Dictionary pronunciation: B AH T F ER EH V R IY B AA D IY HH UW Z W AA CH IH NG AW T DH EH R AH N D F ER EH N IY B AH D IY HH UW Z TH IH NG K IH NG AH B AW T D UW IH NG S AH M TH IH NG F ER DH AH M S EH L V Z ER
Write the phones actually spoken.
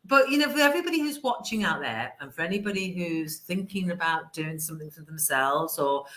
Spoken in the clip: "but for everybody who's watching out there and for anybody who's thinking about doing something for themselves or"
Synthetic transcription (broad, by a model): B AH T F ER EH V R IY B AA D IY HH UW Z W AA CH IH NG AW T DH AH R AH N F ER EH N IY B AH D IY HH UW Z TH IH NG K IH NG AH B AW T D UW IH NG S AH M TH IH NG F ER DH AH M S EH L V Z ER